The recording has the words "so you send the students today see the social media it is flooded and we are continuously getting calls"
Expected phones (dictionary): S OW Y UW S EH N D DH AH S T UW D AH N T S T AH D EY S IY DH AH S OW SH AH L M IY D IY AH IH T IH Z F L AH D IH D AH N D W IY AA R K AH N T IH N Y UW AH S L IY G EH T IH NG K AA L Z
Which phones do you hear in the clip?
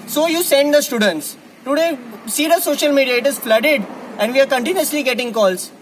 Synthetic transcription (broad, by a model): S OW Y UW S EH N D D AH S T UW D AH N T S T AH D EY S IY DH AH S OW SH AH L M IY D IY AH IH T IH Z F L AH D IH D AH N D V IY AA R K AH N T IH N Y UW AH S L IY G EH T IH NG K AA L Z